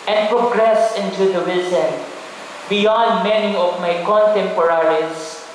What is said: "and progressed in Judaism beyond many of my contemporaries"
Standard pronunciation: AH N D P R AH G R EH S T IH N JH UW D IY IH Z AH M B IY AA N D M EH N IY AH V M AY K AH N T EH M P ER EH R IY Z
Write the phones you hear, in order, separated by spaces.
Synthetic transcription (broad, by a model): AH N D P R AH G R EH S IH N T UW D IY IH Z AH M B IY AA N D M EH N IY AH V M AY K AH N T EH M P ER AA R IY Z